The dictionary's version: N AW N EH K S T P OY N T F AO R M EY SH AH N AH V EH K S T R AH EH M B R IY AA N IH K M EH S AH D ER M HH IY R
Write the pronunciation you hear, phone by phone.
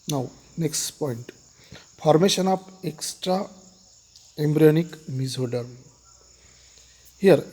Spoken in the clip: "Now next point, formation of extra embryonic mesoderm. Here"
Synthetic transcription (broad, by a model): N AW N EH K S T P OY N T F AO R M EY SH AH N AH P EH K S T R AH EH M B R IY AA N IH K M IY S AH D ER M HH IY R